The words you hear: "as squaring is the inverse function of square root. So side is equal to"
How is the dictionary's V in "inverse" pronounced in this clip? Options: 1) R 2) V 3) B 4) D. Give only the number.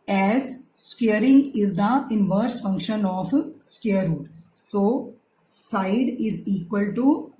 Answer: 2